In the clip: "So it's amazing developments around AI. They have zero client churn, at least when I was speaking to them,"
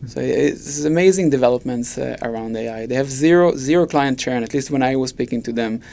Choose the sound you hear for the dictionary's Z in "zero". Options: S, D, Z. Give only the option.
Z